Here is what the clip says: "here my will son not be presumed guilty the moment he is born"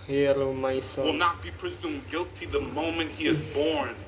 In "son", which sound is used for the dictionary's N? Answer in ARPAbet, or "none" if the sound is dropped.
L